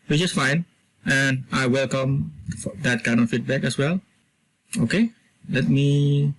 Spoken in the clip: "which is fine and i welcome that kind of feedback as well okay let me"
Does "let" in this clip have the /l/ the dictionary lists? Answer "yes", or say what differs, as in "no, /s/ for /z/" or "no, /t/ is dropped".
yes